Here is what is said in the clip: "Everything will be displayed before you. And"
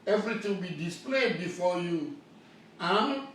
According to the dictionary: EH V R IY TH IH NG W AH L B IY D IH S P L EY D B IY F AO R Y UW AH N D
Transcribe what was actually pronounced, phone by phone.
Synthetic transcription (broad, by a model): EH V R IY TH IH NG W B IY D IH S P L EY D B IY F AO Y UW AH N